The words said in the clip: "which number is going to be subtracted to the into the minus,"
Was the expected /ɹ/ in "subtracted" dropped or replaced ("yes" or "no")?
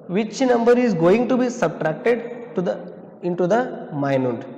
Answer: no